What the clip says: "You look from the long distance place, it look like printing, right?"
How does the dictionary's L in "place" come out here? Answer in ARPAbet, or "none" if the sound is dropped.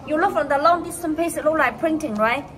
none